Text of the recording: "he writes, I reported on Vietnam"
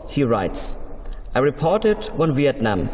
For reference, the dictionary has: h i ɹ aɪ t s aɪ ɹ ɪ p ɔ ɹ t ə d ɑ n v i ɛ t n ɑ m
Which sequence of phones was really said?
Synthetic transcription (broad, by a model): h i ɹ aɪ t s aɪ ɹ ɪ p ɔ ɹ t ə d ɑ n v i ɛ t n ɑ m